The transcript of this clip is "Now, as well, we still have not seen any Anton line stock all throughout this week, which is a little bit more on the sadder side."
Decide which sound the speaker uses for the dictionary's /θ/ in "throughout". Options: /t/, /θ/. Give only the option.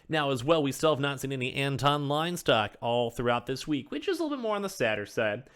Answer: /θ/